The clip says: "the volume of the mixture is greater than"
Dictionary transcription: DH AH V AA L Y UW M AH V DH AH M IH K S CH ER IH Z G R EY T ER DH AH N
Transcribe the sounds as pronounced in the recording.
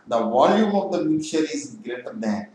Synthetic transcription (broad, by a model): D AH V AA L Y UW M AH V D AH M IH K CH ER IH Z G R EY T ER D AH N